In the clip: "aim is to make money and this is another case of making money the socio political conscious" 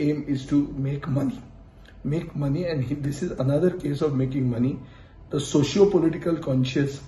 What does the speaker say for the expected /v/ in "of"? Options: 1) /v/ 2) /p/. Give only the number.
1